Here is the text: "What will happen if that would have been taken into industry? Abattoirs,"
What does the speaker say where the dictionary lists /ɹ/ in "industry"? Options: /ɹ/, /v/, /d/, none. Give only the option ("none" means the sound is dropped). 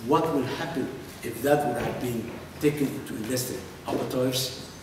none